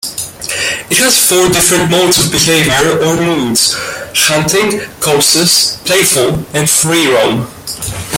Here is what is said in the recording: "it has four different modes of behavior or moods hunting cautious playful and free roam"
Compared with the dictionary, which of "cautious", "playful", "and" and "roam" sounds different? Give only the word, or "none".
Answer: cautious